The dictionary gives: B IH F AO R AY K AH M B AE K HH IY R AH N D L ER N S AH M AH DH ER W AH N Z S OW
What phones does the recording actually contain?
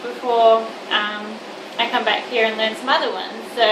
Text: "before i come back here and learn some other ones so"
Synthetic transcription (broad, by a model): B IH F AO R AY K AH M B AE K HH IY R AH N L ER N S AH M AH DH ER W AH N Z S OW